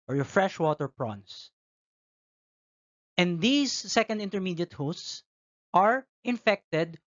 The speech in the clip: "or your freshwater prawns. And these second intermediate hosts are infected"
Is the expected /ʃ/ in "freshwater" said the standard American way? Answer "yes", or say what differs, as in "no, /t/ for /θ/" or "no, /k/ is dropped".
yes